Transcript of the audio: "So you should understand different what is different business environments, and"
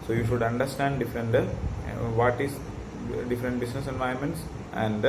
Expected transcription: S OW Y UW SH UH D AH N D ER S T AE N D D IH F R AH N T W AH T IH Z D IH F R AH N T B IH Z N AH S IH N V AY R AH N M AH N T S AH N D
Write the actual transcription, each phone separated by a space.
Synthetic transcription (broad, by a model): S OW Y UW SH UH D AH N D ER S T AE N D D IH F R AH N T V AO T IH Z D IH F R AH N T B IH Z N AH S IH N V AY AH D M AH N T S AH N D